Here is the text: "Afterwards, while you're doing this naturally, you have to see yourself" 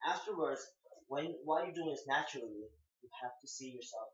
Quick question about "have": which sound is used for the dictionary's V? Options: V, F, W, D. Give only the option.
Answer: F